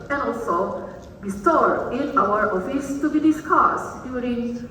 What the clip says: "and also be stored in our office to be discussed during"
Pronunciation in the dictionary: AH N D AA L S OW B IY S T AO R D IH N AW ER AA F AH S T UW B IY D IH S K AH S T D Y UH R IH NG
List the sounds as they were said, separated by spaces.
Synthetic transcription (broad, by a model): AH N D AA L S OW B IY S T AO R IH N AW ER AA F AH S T UW B IY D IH S K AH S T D Y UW R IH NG